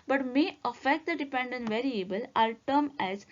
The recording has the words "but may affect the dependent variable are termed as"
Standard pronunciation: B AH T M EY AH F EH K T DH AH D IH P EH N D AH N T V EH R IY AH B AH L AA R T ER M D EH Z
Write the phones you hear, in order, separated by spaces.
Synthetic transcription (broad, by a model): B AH T M EY AH F EH K T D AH D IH P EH N D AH N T V EH R IY AH B AH L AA L T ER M EH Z